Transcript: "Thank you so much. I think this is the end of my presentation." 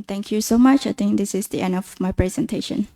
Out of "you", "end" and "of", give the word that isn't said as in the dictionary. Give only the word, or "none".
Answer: of